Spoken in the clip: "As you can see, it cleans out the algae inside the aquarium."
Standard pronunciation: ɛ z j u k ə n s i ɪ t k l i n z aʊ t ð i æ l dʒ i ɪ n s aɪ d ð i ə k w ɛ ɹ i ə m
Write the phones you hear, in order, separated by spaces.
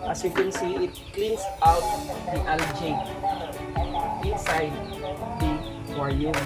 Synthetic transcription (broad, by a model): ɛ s j u k ə n s i ɪ t k l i n s aʊ t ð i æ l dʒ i ɪ n s aɪ d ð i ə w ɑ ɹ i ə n